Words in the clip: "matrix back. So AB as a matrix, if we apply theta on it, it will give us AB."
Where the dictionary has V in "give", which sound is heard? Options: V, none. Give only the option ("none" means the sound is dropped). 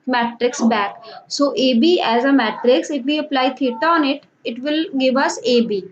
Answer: V